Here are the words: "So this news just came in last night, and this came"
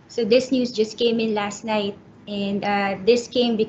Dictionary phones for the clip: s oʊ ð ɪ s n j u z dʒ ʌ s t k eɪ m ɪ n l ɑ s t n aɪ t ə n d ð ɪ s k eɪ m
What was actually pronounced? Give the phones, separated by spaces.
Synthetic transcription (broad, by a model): s oʊ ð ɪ s n j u s dʒ ʌ s t k eɪ m ɪ n l ɑ s t n aɪ t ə n d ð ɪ s k eɪ m